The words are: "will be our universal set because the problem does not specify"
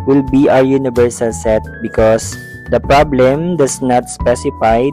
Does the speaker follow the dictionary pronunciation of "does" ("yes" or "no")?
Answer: no